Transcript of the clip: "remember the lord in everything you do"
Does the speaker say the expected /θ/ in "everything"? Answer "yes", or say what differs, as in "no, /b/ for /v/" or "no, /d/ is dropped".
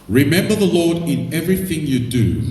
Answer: yes